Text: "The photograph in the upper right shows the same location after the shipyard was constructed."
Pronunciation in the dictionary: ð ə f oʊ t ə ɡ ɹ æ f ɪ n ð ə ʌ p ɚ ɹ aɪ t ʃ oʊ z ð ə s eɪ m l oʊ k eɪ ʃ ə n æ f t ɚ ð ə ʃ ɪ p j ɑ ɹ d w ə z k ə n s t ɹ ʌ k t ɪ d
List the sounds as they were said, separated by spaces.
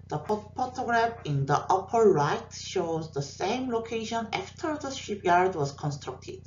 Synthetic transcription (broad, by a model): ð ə p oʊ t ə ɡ ɹ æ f ɪ n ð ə ʌ p ɚ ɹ aɪ t ʃ oʊ z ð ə s eɪ m l oʊ k eɪ ʃ ə n æ f t ɚ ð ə ʃ ɪ p j ɑ ɹ d w ə z k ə n s t ɹ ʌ k t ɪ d